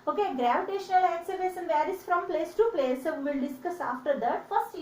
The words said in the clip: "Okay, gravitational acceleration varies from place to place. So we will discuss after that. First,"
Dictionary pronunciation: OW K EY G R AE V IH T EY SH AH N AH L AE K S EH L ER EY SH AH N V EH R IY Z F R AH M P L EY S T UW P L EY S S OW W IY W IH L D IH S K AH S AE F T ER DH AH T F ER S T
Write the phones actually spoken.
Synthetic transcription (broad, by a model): OW K EY G R AE V IH T EY SH AH N AH L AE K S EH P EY S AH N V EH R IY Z F R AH M P L EY S T UW P L EY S S OW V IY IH L D IH S K AH S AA F T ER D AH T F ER S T